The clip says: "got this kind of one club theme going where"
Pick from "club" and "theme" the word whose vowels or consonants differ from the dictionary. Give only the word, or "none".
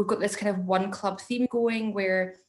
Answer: none